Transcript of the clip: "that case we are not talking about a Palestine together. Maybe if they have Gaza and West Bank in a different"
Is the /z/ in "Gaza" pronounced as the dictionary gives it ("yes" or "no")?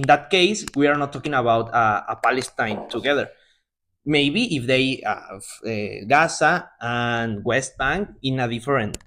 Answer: no